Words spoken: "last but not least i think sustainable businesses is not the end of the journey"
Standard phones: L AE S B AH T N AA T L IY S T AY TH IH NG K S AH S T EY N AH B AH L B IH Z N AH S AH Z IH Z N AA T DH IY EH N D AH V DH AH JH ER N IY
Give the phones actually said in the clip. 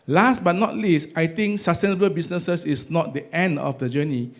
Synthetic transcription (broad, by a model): L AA S B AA T N AA T L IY S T AY T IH NG K S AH S T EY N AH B AH L B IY S N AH S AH S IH S N AA T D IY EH N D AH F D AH JH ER N IY